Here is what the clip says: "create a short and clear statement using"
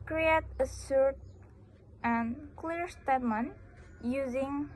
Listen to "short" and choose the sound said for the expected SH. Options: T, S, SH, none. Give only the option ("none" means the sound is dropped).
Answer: S